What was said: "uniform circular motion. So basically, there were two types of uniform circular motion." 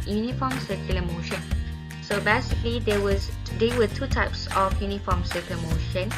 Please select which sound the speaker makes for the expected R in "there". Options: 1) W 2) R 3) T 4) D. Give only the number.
1